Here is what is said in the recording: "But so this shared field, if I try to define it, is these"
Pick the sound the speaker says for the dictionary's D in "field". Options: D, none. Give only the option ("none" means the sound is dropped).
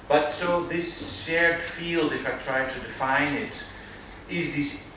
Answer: D